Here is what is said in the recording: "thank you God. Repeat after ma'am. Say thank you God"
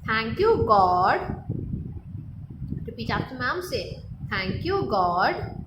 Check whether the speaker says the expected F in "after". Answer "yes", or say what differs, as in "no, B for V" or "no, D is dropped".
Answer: no, P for F